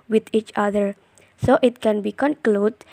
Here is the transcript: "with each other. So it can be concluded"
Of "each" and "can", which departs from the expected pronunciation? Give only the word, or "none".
none